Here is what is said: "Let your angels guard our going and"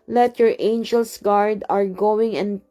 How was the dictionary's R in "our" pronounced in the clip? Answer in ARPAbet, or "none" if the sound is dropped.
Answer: R